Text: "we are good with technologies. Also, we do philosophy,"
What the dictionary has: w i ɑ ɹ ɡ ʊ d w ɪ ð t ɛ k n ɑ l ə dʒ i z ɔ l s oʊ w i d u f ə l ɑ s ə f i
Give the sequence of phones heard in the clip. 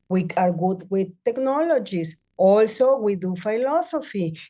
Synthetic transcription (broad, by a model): w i ɑ ɹ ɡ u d w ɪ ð t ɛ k n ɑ l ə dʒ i s ɔ l s oʊ w i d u f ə l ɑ s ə f i